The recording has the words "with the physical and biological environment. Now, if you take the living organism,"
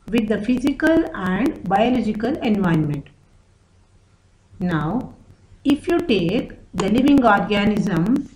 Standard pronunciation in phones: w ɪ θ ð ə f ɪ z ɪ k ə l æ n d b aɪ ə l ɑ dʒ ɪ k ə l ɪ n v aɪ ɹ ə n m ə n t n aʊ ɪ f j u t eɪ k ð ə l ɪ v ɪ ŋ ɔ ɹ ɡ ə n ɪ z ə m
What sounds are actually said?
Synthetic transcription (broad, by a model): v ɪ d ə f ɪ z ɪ k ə l æ n d b aɪ ə l ɑ dʒ ɪ k ə l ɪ n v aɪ ə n m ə n t n aʊ ɪ f j u t eɪ k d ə l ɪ v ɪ ŋ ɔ ɹ ɡ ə n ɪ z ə m